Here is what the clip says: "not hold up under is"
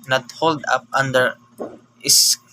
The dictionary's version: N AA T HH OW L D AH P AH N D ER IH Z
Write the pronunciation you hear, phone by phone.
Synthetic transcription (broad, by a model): N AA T HH OW L D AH P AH N D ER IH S